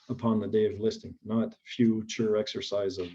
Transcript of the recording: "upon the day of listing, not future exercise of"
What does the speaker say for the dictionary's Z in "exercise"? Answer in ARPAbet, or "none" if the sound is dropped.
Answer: Z